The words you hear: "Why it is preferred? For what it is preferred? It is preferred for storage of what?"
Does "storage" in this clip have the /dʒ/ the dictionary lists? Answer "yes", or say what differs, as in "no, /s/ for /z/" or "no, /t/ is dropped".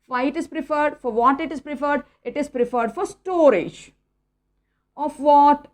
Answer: yes